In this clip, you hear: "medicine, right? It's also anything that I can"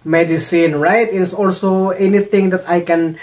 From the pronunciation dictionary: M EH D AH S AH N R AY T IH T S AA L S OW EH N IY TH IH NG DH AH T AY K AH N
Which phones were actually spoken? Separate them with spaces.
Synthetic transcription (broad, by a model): M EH D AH S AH N R AY T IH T S AA L S OW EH N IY T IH NG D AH T AY K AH N